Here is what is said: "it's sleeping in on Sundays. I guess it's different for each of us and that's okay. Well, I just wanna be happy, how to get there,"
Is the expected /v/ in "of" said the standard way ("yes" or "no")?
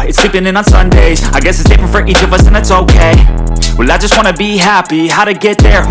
yes